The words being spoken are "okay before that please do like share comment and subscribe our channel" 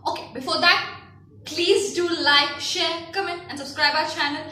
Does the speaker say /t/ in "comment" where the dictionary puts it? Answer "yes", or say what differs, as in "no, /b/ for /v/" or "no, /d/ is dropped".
no, /t/ is dropped